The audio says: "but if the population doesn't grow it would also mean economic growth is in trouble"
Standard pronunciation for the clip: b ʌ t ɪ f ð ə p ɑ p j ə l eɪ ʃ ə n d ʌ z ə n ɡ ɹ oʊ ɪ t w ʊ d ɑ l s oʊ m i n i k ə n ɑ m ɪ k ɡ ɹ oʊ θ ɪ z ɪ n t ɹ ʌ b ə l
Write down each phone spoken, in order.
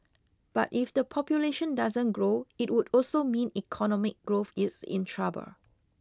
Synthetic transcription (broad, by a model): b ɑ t ɪ f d ə p ɑ p j ə l eɪ ʃ ə n d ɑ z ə n ɡ ɹ oʊ ɪ t w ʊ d ɑ l s oʊ m i n i k ə n ɑ m ɪ k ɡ ɹ oʊ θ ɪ s ɪ n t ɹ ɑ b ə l